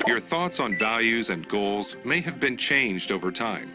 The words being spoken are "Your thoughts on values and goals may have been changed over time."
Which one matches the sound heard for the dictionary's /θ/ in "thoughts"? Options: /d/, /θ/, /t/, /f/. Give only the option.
/θ/